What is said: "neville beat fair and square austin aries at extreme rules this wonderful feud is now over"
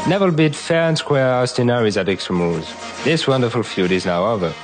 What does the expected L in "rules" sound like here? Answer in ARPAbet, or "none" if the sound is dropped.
none